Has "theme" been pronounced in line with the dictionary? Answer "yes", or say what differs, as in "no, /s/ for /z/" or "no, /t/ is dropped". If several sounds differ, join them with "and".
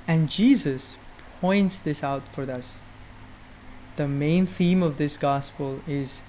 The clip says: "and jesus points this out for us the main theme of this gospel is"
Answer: yes